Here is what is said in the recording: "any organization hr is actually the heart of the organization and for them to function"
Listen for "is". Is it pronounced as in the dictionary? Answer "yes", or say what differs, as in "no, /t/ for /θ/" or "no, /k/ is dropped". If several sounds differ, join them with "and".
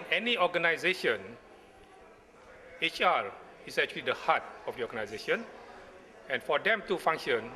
no, /s/ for /z/